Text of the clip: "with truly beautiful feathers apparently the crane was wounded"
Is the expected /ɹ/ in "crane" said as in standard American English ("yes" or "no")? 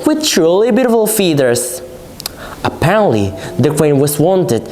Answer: no